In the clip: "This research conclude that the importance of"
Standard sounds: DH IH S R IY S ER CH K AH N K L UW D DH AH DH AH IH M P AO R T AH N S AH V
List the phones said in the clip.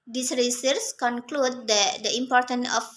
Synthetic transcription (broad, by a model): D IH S R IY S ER S K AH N K L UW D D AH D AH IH M P AO R T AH N AH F